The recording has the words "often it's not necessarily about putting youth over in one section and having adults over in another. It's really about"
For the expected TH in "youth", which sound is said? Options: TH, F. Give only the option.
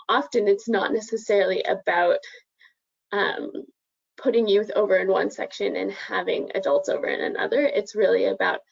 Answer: TH